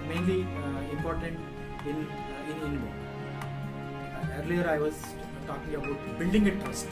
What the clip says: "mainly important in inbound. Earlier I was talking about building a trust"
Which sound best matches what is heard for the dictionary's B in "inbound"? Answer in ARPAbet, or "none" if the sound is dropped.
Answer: none